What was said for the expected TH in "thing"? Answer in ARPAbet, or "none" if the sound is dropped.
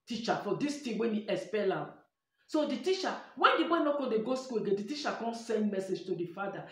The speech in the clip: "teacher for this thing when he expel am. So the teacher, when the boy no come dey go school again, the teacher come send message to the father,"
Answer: T